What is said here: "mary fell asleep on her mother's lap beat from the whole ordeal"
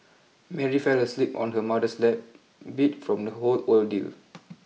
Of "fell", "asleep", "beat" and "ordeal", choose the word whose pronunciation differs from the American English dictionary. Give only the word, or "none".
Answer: ordeal